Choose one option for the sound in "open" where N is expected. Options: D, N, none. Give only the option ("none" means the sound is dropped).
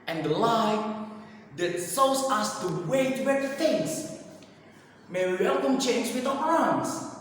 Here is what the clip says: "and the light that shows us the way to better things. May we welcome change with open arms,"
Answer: none